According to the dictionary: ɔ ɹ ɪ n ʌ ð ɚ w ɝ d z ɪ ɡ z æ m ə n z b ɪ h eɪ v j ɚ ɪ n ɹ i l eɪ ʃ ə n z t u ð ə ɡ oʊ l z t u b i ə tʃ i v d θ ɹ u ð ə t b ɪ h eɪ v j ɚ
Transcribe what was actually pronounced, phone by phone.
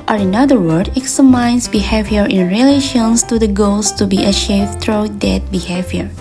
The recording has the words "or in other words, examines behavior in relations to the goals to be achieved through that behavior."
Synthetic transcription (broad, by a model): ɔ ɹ ɪ n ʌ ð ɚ w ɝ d ɪ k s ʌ m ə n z b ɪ h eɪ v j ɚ ɪ n ɹ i l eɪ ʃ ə n s t u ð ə ɡ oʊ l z t u b i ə ʃ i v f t ɹ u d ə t b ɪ h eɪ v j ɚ